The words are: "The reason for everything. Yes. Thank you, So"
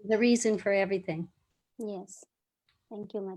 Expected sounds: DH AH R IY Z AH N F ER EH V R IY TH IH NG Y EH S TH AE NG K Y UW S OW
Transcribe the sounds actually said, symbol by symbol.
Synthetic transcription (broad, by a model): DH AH R IY Z AH N F ER EH V R IY TH IH NG Y EH S TH AE NG K Y UW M